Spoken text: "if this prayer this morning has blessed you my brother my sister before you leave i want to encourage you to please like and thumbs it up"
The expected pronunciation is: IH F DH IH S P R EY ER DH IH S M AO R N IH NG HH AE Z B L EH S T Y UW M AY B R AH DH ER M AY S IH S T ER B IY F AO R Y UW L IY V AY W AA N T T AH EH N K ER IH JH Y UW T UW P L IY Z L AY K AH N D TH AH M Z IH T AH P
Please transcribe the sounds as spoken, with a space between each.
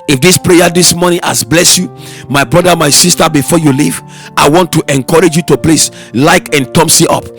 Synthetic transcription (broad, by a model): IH F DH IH S P R EY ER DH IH S M AO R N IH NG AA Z B L EH S Y UW M AY B R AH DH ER M AY S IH S T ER B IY F AO Y UW L IY V AY W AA N T T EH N K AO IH JH Y UW T UW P L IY S L AY K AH N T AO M S IH T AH P